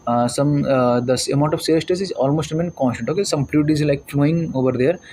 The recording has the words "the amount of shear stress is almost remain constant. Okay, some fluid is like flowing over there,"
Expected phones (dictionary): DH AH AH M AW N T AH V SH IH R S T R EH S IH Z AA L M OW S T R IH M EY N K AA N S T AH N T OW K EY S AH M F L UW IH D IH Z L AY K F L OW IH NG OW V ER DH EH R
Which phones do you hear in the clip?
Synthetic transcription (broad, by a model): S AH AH M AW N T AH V S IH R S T EH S IH Z AA L M OW S T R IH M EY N K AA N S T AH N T OW K EY S AH M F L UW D IH Z L AY K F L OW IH NG OW V ER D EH R